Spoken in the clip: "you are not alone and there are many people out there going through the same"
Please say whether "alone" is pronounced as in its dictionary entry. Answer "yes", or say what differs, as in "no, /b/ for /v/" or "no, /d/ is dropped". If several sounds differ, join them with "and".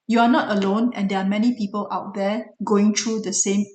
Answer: yes